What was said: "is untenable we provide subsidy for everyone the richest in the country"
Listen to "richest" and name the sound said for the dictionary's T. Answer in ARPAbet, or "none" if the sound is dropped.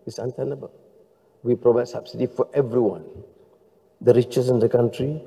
none